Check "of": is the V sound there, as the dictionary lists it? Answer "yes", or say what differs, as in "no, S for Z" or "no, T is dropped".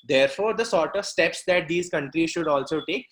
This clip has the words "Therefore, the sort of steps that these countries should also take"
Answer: yes